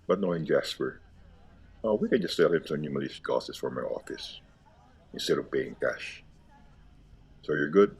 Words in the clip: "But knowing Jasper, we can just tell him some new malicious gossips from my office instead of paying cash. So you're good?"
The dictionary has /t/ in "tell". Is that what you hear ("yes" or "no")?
no